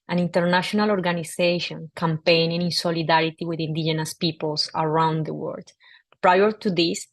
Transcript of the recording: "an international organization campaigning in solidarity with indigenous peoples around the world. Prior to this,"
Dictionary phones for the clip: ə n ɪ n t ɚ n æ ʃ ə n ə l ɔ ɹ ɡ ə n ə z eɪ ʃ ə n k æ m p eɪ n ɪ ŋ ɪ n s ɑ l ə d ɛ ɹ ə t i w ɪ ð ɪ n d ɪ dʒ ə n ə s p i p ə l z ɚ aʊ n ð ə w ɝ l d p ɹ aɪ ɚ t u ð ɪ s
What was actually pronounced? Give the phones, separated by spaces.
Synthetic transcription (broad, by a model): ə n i n t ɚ n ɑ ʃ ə n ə l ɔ ɹ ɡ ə n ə s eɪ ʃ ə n k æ m p eɪ n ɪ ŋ ɪ n s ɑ l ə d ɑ ɹ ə t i w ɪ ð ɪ n d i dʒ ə n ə s p i p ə l s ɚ aʊ n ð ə w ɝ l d p ɹ aɪ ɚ t u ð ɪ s